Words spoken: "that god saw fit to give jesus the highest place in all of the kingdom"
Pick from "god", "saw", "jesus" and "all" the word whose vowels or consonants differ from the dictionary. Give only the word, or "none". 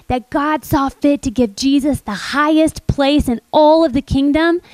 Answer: none